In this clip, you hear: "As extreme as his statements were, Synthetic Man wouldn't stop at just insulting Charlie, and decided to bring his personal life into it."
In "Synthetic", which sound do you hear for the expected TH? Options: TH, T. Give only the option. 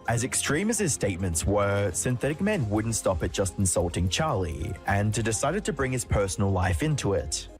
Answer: TH